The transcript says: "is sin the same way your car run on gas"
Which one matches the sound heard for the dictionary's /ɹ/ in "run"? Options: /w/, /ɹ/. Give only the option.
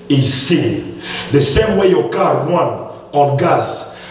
/w/